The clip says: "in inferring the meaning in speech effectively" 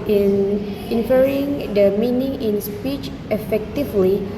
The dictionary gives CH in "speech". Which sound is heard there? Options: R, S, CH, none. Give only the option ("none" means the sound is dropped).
CH